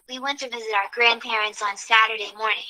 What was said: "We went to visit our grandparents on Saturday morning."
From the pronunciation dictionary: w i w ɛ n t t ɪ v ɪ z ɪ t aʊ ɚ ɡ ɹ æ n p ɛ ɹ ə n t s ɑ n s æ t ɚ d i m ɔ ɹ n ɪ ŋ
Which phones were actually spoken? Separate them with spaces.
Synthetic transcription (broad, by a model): w i w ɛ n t t ɪ v ɪ z ɪ t aʊ ɚ ɡ ɹ æ n p ɛ ɹ ə n t s n s æ t ɚ d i m ɔ ɹ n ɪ ŋ